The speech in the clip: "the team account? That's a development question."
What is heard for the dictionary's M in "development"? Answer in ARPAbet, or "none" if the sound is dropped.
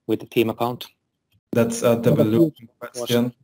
none